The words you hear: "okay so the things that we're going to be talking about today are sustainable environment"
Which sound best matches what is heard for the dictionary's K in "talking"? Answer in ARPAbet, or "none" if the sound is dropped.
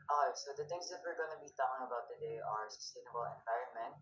none